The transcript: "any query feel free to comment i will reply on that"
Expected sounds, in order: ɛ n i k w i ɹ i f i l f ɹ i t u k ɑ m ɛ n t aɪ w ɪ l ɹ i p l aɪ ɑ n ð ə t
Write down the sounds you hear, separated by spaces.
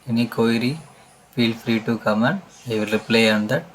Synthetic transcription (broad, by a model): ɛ n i k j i ɹ i f i l f ɹ i t u k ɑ m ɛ n aɪ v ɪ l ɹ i p l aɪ ɑ n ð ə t